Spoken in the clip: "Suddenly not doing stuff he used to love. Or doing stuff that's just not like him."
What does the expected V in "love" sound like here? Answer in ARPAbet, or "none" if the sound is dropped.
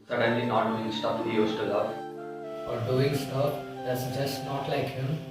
F